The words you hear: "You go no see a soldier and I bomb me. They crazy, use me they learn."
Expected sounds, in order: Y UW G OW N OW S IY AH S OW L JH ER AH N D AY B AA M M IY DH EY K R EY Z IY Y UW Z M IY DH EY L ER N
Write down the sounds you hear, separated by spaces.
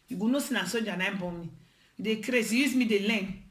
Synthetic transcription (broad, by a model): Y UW G OW N OW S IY AH S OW JH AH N AY B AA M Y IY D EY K R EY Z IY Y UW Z M IY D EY L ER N